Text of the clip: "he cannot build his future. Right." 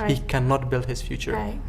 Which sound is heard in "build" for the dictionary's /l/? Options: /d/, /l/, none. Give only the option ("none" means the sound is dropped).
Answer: /l/